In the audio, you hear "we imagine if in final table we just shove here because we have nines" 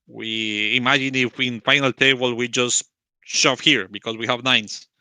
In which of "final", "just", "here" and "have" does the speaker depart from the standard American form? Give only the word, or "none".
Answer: none